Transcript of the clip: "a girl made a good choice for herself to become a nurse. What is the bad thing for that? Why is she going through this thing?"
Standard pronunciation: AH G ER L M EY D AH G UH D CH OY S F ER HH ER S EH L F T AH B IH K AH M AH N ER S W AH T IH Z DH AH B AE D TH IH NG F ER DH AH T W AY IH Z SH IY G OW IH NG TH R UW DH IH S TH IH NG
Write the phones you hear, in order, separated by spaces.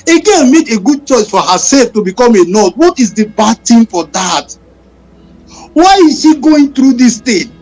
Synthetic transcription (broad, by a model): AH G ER N M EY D AH G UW D CH OY S F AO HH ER S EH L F T AH B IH K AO M AH N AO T W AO T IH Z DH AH B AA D T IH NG F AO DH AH T W AY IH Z SH IY G OW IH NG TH R UW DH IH S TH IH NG